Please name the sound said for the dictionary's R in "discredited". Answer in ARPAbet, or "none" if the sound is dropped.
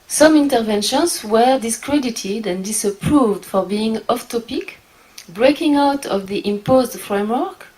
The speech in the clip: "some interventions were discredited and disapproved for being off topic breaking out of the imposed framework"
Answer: R